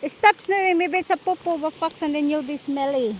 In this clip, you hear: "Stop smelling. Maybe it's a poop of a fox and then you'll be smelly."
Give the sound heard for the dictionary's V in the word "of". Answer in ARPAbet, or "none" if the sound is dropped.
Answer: B